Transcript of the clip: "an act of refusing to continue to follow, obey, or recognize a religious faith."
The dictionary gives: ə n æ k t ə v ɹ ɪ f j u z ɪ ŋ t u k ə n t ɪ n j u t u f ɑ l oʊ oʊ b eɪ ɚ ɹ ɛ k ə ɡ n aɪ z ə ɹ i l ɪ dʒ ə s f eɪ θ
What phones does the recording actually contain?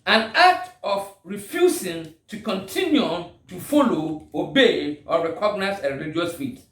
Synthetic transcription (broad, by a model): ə n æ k t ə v ɹ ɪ f j u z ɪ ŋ t u k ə n t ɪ n j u t u f ɑ l oʊ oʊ b eɪ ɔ ɹ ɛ k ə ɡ n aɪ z ə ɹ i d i ə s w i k